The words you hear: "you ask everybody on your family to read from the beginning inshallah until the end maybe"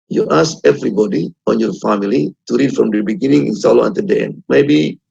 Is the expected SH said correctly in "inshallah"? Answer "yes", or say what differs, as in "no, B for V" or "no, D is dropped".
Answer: no, S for SH